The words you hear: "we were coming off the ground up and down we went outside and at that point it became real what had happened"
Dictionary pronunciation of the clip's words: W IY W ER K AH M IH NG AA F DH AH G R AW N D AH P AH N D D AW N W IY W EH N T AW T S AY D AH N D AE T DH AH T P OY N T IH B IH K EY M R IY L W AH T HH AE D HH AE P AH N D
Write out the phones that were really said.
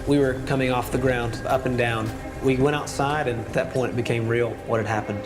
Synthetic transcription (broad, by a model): W IY W ER K AH M IH NG AA F DH AH G R AW N D AH P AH N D D AW N W IY W EH T AW T S AY D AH N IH T DH AH T P OY N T B IH K EY M R IY L W AH T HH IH D HH AE P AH N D